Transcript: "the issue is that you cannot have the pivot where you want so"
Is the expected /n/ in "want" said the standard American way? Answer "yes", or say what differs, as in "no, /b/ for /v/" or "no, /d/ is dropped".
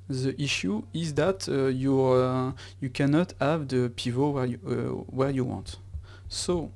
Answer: yes